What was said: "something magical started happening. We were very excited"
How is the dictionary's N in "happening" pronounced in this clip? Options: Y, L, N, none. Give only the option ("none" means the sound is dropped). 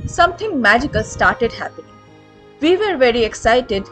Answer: none